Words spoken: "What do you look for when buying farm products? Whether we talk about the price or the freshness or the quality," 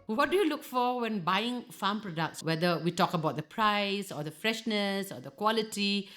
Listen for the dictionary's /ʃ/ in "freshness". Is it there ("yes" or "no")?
yes